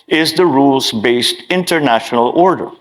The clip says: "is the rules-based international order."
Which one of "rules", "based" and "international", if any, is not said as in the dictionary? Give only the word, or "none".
none